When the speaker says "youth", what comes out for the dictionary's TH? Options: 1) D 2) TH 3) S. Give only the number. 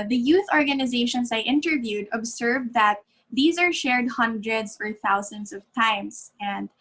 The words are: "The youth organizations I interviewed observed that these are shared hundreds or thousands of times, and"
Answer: 2